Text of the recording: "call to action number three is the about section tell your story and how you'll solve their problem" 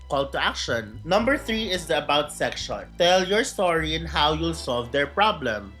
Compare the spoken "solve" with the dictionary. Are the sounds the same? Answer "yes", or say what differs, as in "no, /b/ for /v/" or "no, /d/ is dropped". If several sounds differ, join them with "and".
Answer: yes